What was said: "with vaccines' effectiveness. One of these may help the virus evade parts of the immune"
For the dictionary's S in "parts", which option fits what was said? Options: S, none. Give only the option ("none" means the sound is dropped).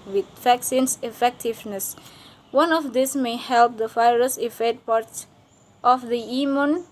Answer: none